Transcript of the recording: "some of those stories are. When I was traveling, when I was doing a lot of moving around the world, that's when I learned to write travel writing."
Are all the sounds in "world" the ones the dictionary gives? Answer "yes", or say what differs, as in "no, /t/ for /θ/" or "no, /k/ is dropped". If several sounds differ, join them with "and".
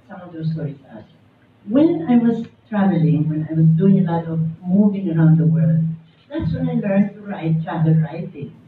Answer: yes